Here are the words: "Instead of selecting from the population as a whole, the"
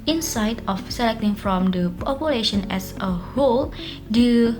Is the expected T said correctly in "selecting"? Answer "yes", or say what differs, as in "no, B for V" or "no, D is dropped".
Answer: yes